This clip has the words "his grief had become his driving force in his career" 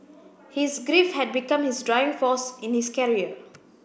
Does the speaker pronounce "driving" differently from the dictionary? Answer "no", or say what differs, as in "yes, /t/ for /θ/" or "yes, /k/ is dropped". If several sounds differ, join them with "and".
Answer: yes, /v/ is dropped